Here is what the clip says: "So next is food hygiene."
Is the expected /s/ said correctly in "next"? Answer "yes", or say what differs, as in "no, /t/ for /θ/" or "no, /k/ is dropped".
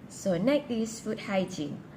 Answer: no, /s/ is dropped